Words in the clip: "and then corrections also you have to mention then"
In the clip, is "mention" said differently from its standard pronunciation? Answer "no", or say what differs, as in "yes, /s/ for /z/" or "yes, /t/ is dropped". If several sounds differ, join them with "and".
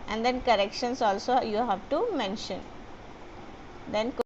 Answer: no